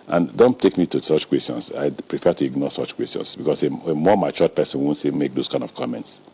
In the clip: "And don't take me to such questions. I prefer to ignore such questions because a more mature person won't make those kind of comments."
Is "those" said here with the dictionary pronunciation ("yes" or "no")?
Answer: no